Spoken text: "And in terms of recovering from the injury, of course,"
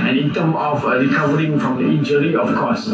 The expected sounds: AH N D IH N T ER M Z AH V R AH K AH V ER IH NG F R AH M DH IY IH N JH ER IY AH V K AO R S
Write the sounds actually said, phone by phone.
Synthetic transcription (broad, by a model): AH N IH N T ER M AH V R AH K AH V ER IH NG F R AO M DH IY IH N JH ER IY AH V K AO S